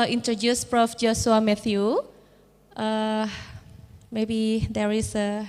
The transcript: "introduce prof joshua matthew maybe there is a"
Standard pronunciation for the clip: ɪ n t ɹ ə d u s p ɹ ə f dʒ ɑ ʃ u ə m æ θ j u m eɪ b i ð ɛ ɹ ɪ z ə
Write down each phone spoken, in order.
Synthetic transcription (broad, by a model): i n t ɹ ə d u s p ɹ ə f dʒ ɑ s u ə m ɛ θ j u m eɪ b i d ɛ ɹ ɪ s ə